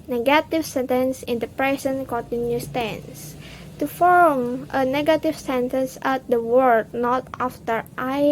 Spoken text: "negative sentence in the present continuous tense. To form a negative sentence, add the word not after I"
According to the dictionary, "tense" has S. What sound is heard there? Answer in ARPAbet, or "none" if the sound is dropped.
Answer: S